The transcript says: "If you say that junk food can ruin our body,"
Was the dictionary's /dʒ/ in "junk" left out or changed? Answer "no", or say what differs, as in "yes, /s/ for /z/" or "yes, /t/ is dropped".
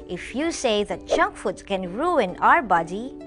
yes, /tʃ/ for /dʒ/